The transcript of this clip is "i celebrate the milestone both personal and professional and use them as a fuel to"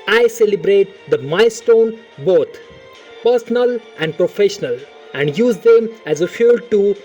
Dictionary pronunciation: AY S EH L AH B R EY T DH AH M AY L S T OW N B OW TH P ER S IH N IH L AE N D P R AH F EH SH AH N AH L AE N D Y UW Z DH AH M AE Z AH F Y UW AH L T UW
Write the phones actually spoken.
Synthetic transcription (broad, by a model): AY S EH L AH B R EY T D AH M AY S T OW N B OW T P ER S IH N IH L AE N D P R AH F EH SH AH N AH L AE N D Y UW Z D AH M AE Z AH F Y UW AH L T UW